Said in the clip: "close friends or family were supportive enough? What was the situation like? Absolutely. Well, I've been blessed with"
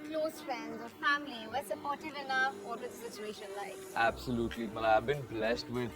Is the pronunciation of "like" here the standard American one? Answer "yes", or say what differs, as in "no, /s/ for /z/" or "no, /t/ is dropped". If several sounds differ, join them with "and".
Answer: no, /k/ is dropped